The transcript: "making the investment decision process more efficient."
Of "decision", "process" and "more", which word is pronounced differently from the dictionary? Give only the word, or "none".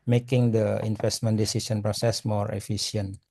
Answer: decision